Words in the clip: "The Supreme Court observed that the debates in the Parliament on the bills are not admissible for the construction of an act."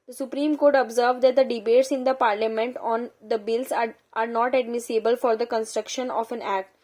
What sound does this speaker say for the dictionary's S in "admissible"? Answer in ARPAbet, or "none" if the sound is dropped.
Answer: S